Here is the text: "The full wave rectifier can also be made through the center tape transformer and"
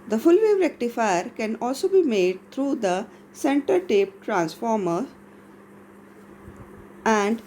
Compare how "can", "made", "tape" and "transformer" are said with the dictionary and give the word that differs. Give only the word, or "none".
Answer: none